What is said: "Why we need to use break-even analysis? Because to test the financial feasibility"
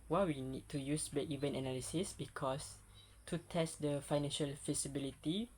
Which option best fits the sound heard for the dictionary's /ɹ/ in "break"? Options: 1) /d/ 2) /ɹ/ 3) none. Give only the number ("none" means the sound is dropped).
3